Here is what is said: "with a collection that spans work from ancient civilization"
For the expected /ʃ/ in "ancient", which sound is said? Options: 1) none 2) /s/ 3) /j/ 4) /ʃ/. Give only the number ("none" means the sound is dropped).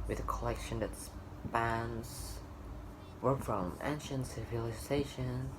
4